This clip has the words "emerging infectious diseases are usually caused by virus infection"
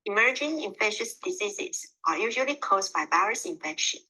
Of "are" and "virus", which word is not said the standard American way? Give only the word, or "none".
virus